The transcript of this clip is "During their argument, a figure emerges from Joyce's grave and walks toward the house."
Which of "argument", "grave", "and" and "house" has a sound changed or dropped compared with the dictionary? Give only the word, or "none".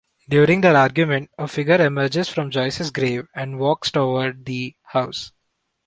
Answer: none